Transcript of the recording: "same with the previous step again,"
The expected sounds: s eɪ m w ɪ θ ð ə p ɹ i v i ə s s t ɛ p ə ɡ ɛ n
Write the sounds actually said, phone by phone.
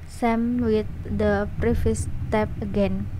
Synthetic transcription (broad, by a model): s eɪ m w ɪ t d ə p ɹ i f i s s t ɛ p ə ɡ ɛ n